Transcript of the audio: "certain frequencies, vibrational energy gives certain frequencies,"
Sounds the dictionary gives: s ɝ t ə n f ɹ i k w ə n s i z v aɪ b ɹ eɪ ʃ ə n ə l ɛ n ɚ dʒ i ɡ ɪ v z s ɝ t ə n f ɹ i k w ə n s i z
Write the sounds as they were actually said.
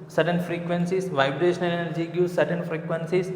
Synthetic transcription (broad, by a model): s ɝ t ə n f ɹ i k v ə n s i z v aɪ b ɹ eɪ ʃ ə n ə l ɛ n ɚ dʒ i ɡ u z s ɝ t ə n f ɹ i k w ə n s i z